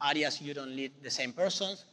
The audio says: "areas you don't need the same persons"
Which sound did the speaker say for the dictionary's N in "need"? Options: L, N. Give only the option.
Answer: L